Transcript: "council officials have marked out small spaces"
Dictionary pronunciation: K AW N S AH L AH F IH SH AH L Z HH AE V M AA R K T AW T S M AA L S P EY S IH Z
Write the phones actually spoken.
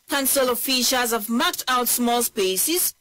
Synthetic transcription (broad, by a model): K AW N S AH L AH F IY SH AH Z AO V M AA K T AW T S M AA L S P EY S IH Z